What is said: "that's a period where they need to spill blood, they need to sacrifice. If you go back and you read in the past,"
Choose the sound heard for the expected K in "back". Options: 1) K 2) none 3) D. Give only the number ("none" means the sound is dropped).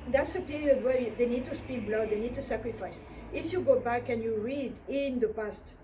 1